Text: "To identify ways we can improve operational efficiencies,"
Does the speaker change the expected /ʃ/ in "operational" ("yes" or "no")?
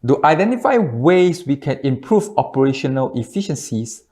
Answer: no